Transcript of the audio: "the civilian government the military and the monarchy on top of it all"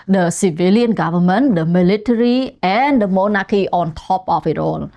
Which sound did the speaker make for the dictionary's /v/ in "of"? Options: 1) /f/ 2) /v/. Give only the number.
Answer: 1